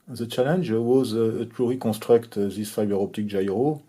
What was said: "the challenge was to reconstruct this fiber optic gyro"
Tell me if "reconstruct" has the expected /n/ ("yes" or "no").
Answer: no